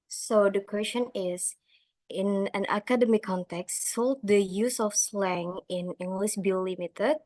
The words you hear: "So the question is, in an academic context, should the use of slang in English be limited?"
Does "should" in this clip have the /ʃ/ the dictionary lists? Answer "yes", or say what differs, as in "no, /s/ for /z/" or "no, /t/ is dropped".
no, /s/ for /ʃ/